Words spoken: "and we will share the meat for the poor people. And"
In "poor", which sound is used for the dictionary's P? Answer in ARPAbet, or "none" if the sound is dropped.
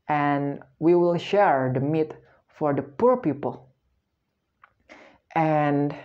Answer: P